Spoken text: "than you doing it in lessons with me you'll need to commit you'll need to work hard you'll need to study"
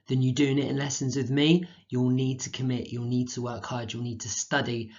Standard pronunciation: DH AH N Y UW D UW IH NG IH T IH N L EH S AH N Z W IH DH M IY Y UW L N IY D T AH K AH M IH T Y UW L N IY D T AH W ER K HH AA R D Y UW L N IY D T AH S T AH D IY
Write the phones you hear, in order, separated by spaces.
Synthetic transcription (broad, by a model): DH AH N Y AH D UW IH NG IH T IH N L EH S AH N Z W IH DH M IY Y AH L N IY D T AH K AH M IH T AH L N IY D T AH W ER K HH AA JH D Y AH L N IY D T AH S T AH D IY